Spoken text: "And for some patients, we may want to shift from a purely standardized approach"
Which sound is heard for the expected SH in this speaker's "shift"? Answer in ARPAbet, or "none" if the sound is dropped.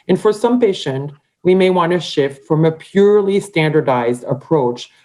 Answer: SH